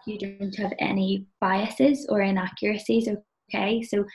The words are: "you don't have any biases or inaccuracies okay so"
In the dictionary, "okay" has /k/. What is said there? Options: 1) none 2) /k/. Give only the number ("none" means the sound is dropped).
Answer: 2